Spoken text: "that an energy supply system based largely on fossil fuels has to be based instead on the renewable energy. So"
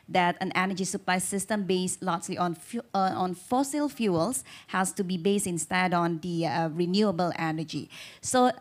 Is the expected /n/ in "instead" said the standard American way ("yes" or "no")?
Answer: yes